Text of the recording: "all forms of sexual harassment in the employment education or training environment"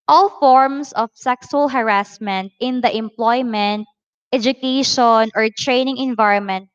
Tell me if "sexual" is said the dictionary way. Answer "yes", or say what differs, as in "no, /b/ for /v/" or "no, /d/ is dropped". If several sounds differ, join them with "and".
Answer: no, /s/ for /ʃ/